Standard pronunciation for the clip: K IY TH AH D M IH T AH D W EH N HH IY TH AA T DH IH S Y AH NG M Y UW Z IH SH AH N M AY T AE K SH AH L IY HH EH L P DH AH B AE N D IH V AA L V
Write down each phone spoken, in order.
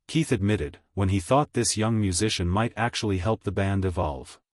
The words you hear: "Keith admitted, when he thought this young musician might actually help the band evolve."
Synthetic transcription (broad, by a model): K IY TH AH D M IH T AH D W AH N IY TH AA T DH IH S Y AH NG M Y UW Z IH SH AH N M AY T AE K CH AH L IY HH EH L P DH AH B AE N D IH V AA L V